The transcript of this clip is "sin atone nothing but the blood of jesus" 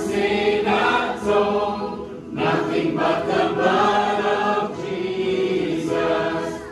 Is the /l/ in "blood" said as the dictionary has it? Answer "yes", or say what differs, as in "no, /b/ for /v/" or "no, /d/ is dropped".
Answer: no, /l/ is dropped